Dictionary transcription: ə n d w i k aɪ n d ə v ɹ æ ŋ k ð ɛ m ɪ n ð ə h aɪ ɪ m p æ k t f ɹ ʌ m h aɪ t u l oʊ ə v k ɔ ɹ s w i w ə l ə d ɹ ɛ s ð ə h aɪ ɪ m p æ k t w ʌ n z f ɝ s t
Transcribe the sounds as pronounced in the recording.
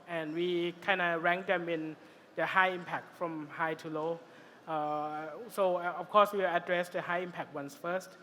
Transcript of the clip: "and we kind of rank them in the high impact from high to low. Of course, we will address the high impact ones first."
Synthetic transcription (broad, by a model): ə n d w i k aɪ n d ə ɹ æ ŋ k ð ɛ m ɪ n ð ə h aɪ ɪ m p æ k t f ɹ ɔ m h aɪ t u l oʊ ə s k ɔ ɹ s w i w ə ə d ɹ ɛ s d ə h aɪ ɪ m p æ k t w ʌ n s f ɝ s t